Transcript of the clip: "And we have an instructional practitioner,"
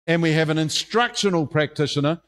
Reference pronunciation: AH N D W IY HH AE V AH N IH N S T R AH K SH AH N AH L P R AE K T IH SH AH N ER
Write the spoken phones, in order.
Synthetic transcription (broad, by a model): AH N W IY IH V AH N IH N S T R AH K SH AH N AH L P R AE K T IH SH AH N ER